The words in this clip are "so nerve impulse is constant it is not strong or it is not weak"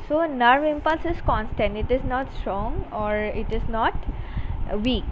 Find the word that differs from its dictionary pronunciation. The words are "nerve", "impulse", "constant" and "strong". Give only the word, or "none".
none